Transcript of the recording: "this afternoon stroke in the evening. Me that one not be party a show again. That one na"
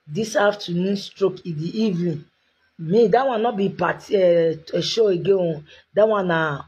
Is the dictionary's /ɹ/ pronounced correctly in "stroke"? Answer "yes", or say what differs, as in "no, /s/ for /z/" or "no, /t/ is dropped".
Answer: yes